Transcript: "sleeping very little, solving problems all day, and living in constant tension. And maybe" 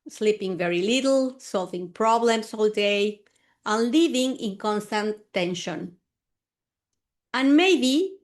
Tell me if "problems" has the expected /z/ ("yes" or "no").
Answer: no